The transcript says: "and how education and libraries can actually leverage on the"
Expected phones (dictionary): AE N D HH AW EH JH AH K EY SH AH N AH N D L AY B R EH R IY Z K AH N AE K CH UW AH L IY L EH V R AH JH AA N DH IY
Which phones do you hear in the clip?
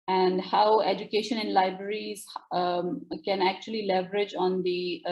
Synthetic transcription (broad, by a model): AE N D HH AW EH JH AH K EY SH AH N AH N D L AY B R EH R IY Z K AH N AE K CH UW AH L IY L EH V R AH JH AA N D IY